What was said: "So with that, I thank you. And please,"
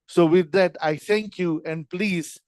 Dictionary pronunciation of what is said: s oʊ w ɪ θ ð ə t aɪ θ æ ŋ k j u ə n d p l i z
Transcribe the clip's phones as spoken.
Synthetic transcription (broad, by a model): s oʊ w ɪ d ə t aɪ t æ ŋ k j u ə n d p l i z